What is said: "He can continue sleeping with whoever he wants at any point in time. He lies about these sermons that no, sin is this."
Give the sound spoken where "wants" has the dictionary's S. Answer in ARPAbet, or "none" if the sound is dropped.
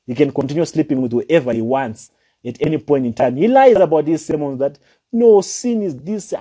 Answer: S